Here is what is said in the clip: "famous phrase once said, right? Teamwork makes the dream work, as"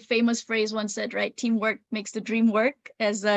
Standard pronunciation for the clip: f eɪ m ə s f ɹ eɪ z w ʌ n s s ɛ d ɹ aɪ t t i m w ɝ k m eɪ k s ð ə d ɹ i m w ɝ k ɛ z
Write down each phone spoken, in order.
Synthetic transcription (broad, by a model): f eɪ m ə s f ɹ eɪ z w ʌ n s s ɛ d ɹ aɪ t t i m w ɝ k m eɪ k s ð ə d ɹ i m w ɝ k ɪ z